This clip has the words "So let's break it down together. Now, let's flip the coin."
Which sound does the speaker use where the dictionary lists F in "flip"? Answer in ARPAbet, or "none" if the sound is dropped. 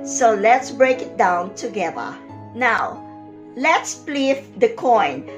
P